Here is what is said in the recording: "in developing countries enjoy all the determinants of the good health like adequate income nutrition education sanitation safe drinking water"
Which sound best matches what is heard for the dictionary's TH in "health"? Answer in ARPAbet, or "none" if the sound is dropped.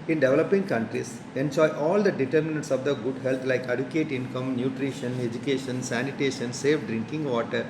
T